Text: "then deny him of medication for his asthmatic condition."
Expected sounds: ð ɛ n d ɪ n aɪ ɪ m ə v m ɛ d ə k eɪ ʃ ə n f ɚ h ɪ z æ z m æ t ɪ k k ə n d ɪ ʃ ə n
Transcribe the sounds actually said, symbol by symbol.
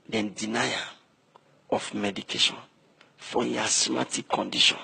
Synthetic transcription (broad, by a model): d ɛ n d ɪ n aɪ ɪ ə f m ɛ d ə k eɪ ʃ ə n f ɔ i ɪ s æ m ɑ t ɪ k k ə n d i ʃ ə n